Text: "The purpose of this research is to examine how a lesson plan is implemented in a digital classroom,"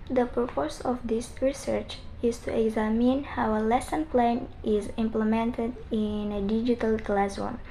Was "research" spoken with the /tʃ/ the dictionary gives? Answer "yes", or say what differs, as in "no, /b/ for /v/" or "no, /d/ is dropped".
yes